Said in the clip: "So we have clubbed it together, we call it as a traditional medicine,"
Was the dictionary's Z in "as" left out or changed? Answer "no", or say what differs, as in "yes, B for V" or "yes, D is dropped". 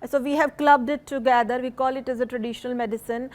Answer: no